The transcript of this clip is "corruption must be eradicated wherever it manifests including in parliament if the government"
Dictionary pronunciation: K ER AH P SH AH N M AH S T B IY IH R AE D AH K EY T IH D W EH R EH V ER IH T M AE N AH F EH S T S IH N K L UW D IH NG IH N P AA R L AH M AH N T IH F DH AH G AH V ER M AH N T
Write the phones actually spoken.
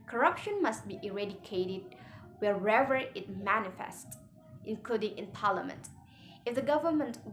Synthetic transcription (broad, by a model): K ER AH P SH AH N M AH S T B IY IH R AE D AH K EY T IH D W EH R EH V ER IH T M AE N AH F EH S T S IH N K L UW D IH NG IH N P AA R L AH M AH N T IH F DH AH G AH V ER M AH N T